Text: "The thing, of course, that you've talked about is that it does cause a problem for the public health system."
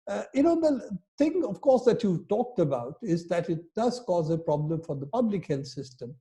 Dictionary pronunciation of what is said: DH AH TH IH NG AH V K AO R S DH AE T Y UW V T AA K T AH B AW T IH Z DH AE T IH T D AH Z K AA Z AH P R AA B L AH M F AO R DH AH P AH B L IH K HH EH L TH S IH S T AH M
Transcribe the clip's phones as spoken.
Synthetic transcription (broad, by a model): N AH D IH NG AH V K AO R S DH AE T Y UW T AA K T AH B AW T IH Z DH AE T IH T D AH Z K AA Z AH P R AA B L AH M F AO R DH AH P AH B L IH K HH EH L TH S IH S T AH M